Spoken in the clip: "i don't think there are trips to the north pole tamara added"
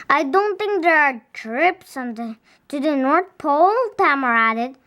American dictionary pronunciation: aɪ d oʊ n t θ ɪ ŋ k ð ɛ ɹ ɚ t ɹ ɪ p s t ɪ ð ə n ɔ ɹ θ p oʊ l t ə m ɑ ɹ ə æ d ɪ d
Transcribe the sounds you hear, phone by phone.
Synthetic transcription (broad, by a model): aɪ d oʊ n t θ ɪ ŋ k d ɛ ɹ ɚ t ɹ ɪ p s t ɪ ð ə n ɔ ɹ t p oʊ l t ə m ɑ ɹ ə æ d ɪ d